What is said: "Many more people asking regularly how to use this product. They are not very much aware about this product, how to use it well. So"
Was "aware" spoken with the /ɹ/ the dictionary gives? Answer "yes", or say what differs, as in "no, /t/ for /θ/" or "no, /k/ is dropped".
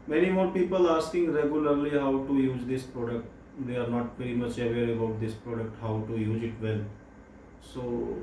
no, /l/ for /ɹ/